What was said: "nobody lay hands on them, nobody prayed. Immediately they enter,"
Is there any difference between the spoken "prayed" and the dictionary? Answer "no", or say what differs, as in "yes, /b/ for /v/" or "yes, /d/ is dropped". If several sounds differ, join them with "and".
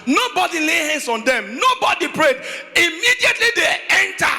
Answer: no